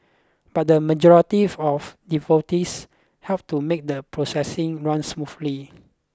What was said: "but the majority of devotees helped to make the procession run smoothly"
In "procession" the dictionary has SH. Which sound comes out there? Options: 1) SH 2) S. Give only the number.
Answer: 2